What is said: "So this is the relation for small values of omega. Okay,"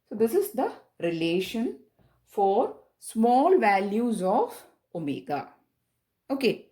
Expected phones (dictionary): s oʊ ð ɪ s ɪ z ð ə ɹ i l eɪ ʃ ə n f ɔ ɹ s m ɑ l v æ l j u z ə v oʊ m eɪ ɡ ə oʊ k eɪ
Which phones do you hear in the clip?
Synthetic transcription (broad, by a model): s oʊ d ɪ s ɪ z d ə ɹ i l eɪ ʃ ə n f ɔ ɹ s m ɑ l v æ l j u z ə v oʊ m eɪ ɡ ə oʊ k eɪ